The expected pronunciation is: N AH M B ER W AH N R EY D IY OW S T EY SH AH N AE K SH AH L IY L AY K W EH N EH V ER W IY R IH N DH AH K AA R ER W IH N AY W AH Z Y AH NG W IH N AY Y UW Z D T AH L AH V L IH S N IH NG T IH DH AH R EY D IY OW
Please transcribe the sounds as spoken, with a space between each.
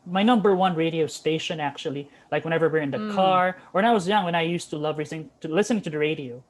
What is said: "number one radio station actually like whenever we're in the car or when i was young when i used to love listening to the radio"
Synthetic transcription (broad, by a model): N AH M B ER W AH N R EY D IY OW S T EY SH AH N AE K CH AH L IY L AY K W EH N EH V ER W IY R IH N DH AH K AA R ER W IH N AY W AH Z Y AH NG W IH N AY Y UW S T AH L AH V L IH S N IH NG T IH DH AH R EY D IY OW